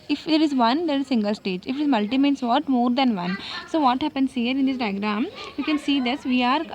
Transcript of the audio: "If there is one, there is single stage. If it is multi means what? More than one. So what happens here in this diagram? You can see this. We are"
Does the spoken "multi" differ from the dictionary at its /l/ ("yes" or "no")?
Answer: no